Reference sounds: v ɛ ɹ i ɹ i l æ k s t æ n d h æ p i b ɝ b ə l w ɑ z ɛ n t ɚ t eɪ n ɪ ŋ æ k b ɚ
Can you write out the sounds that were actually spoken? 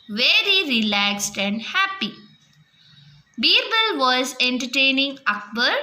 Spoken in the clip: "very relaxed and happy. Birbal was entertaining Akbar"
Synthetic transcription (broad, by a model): v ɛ ɹ i ɹ i l æ k s t æ n d h æ p i b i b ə l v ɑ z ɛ n t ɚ t eɪ n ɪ ŋ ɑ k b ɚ